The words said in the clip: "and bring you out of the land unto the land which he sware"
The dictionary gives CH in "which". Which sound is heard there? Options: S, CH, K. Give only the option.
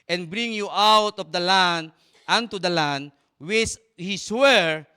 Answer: S